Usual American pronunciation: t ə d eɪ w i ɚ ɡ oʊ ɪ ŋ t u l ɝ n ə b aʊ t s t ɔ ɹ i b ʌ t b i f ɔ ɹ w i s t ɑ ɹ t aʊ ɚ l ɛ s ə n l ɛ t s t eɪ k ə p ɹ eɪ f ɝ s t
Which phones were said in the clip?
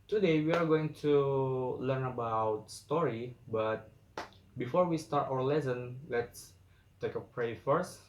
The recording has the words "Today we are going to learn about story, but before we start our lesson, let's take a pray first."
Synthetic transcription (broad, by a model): t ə d eɪ w i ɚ ɡ oʊ ɪ ŋ t u l ɝ n ə b aʊ t s t ɔ ɹ i b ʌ t b i f ɔ ɹ w i s t ɑ ɹ t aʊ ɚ l ɛ s ə n l ɛ t s t eɪ k ə p ɹ eɪ f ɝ s t